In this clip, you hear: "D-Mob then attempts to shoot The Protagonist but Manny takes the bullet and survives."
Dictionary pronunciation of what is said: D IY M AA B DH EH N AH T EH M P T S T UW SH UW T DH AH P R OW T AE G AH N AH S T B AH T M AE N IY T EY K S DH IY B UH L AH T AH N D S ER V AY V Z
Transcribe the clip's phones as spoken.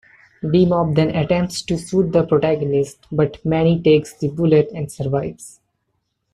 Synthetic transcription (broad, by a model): D IY M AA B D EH N AH T EH M P T S T UW S UW T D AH P R OW T AE G AH N AH S T B AH T M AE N IY T EY K S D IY B UH L AH T AH N D S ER V AY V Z